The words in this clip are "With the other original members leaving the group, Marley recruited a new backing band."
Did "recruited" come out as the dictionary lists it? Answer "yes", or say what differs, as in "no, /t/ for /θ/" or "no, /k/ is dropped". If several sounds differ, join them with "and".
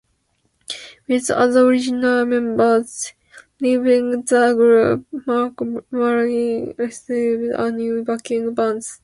no, /k/ is dropped and /s/ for /t/